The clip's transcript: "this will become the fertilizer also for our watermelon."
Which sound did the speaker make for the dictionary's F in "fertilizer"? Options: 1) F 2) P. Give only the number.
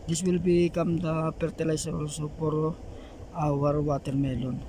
2